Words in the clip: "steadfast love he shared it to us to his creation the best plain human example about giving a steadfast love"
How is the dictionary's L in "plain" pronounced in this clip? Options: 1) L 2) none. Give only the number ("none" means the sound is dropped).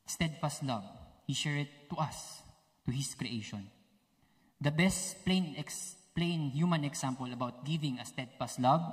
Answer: 1